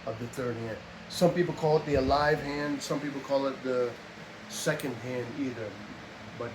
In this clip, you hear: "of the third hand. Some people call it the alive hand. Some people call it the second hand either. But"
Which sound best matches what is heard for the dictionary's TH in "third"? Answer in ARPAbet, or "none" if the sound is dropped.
TH